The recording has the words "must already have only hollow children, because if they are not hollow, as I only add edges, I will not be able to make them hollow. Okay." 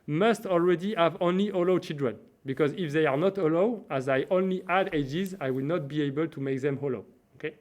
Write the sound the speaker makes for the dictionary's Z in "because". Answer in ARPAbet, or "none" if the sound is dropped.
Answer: Z